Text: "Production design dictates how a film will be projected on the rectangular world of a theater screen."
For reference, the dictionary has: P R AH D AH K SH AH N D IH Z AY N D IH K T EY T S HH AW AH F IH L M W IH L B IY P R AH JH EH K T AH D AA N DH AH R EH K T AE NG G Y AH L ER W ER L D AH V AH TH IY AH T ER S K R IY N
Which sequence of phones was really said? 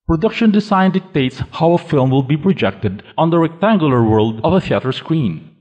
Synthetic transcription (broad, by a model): P R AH D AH K SH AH N D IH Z AY N D IH K T EY T S HH AW AH F IH L M W IH L B IY P R AH JH EH K T AH D AA N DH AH R EH K T AE NG G Y AH L ER W ER L D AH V AH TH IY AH T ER S K R IY N